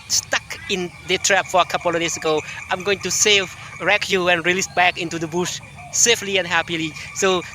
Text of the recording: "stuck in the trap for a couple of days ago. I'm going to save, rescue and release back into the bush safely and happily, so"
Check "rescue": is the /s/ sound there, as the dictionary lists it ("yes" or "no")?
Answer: no